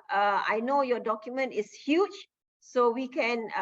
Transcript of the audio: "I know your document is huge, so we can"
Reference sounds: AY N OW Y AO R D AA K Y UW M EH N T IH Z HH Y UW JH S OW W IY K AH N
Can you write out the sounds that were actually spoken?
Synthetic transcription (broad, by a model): AY N OW Y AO D AA K Y UW M EH N T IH S HH Y UW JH S OW W IY K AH N